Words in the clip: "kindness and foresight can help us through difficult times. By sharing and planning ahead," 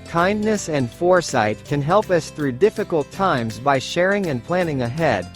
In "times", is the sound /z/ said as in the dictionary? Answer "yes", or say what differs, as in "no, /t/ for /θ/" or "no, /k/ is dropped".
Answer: yes